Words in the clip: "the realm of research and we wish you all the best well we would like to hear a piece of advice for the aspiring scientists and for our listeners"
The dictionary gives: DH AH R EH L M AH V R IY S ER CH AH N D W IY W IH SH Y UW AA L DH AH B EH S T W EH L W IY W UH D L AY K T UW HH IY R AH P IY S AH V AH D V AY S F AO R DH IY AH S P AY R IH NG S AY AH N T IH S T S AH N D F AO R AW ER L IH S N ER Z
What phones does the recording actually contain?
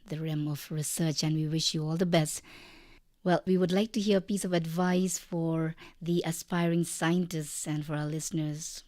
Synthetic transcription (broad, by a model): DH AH R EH M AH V R IY S ER CH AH N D W IY W IH SH Y UW AA L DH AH B EH S T W EH L W IY W UH D L AY K T UW HH IY R AH P IY S AH V AH D V AY S F AO R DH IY AH S P AY R IH NG S AY AH N T IH S T S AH N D F AO R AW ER L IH S N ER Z